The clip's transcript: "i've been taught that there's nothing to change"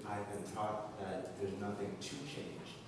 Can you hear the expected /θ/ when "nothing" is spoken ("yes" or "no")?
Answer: yes